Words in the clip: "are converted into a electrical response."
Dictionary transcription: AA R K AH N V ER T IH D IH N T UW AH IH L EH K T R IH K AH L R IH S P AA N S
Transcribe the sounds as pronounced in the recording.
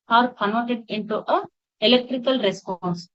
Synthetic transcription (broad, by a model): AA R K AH N AO T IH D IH N T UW AH IH L EH K T R IH K AH L R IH S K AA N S